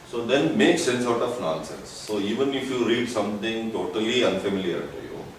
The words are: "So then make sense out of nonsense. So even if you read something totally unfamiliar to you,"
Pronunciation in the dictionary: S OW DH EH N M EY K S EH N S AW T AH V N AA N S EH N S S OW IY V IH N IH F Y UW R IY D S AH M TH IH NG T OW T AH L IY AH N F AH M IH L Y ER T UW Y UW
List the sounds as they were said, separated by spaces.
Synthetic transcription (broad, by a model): S OW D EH N M EY K S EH N S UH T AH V N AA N S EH N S S OW IY V IH N IH F Y UW R IY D S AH M T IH NG T OW T AH L IY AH N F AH M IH L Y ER T UW Y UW